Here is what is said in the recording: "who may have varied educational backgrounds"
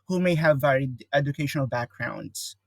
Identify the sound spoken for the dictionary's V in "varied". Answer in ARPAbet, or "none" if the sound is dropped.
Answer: V